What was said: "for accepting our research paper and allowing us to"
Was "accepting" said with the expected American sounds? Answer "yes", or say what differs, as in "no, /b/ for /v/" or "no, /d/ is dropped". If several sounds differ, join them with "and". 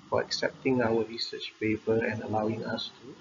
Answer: yes